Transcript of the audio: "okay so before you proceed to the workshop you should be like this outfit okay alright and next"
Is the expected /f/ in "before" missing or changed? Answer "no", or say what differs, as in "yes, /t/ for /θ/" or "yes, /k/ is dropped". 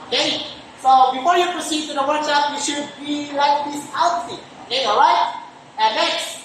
no